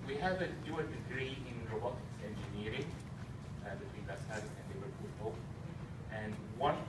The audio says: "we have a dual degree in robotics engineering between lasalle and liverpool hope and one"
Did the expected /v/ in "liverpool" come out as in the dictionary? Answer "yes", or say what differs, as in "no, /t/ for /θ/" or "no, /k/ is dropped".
no, /w/ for /v/